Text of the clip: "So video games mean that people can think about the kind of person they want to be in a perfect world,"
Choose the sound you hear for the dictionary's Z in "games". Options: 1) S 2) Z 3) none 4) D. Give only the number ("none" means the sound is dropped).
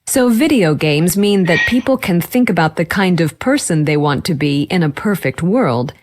2